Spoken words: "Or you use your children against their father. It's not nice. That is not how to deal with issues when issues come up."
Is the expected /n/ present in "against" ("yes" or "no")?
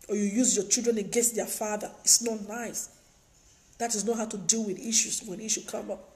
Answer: no